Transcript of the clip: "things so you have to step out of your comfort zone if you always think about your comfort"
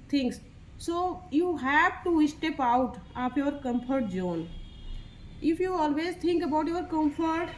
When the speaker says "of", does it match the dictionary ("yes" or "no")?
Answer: no